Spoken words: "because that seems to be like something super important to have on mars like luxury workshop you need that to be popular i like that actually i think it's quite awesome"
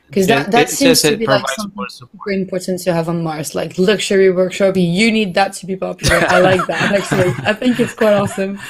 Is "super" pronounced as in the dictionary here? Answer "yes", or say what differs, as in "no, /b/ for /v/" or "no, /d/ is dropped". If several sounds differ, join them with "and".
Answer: no, /p/ is dropped